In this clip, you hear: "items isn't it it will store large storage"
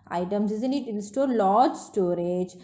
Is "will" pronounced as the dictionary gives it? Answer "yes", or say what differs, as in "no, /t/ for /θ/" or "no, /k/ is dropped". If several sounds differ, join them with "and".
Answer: no, /n/ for /l/